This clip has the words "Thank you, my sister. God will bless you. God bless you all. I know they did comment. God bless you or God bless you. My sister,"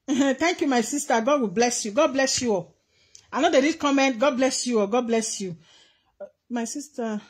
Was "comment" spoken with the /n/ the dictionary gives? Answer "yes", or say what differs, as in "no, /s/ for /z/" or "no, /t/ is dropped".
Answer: yes